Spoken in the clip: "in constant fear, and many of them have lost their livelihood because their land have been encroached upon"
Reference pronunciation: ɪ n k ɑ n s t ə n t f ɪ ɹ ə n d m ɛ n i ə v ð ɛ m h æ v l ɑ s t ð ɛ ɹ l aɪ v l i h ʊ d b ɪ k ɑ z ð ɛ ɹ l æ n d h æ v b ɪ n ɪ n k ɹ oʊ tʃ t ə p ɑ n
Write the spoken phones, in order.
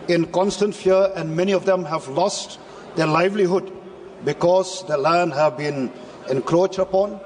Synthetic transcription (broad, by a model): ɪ n k ɑ n s t ə n t f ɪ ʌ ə n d m ɛ n i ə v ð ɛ m h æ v l ɑ s t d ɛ l aɪ v l i h ʊ d b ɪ k ɑ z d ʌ l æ n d h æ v b ɪ n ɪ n k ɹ oʊ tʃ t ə p ɑ n